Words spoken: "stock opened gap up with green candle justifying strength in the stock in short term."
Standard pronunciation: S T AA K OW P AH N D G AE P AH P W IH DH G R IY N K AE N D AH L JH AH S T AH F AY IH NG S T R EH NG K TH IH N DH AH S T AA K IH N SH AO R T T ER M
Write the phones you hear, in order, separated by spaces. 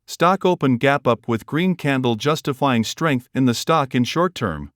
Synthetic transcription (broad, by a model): S T AA K OW P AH N G AE P AH P W IH DH G R IY N K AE N D L JH AH S T AH F AY IH NG S T R EH NG K TH IH N DH AH S T AA K IH N SH AO R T T ER M